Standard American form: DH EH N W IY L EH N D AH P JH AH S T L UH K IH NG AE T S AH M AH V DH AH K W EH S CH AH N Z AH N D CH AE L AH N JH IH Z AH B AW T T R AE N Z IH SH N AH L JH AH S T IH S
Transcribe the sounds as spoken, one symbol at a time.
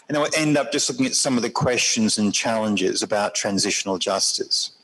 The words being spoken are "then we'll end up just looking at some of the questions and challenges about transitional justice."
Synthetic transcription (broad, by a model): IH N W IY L EH N D AH P JH AH S T L UH K IH NG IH T S AH M AH V DH AH K W EH S CH AH N Z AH N CH AE L AH N JH IH Z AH B AW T T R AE N Z IH SH N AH L JH AH S T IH S